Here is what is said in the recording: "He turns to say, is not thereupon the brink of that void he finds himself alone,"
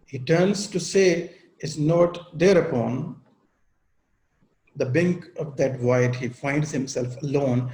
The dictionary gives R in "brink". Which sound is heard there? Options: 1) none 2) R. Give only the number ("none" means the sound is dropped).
1